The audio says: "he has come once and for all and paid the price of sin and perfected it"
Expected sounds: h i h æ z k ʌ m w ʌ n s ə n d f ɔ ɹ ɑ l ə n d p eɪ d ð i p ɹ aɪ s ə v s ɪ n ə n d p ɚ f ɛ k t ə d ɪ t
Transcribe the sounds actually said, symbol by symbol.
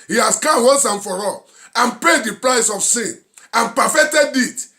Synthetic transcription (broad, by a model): h i h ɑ s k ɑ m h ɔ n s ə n f ɔ ɹ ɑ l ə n p eɪ d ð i p ɹ aɪ s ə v s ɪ n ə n p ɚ f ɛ k t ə d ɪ t